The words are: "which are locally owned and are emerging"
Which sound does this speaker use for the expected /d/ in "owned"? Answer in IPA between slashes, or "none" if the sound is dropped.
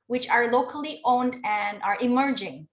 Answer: /d/